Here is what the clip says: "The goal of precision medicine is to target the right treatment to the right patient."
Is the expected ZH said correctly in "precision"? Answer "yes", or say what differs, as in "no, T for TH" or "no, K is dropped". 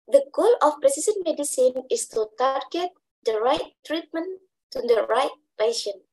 no, S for ZH